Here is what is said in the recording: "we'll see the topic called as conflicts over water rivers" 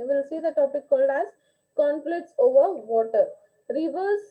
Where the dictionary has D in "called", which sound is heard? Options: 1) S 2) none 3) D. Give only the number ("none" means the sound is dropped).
3